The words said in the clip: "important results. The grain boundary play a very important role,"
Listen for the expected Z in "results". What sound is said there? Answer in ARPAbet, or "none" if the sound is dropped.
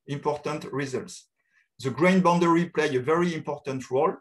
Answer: Z